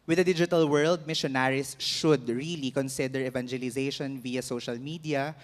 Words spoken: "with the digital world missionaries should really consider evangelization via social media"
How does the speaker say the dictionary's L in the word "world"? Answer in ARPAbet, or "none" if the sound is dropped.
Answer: L